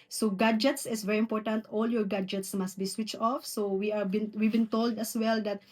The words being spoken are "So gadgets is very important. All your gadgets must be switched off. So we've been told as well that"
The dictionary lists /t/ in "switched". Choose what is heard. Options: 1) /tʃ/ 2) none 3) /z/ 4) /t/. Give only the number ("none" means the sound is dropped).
4